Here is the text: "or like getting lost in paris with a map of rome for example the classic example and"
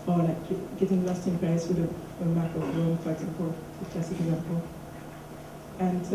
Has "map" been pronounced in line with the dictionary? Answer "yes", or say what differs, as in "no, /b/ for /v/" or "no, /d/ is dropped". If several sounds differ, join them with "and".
no, /p/ is dropped